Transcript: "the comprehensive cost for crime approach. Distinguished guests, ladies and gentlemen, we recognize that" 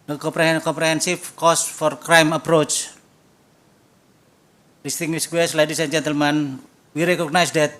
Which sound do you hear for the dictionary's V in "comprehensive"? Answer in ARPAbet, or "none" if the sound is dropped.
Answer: F